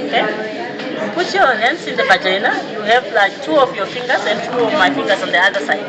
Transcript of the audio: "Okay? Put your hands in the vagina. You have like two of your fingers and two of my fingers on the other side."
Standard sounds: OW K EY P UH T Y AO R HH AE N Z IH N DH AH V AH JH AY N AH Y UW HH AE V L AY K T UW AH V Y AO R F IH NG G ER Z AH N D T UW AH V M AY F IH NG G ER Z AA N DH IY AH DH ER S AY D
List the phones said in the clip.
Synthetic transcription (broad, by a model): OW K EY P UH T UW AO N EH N S IH N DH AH V AH JH AY N AH Y UW HH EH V L AY K T UW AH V Y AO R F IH NG G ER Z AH N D T UW AH V M AY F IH NG G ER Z AA N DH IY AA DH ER S AY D